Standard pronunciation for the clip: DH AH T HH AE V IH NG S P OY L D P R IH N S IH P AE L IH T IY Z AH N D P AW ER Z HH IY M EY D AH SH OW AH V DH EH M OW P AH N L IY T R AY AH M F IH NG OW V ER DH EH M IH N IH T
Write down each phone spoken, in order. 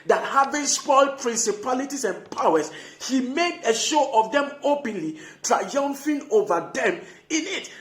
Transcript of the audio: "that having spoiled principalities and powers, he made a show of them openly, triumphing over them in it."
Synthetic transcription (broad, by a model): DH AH T HH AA V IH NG S P OY L D P R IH N S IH P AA L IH T IY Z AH N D P AW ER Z HH IY M EY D AH SH OW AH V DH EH M OW P AH N L IY T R AY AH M F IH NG OW V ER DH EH M IH N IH T